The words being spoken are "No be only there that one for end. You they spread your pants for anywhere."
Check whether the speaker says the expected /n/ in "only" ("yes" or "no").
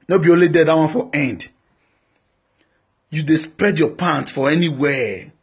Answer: no